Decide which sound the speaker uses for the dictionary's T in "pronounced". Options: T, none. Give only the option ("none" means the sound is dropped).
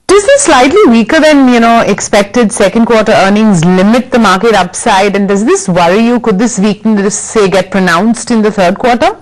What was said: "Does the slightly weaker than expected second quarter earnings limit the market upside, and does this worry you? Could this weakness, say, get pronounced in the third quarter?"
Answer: T